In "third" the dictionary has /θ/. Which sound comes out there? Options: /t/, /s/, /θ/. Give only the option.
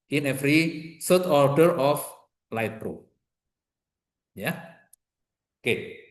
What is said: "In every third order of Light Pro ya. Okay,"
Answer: /s/